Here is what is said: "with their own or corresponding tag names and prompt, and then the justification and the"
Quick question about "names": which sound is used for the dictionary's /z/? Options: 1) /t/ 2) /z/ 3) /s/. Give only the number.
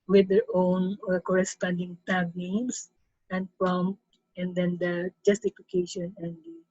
3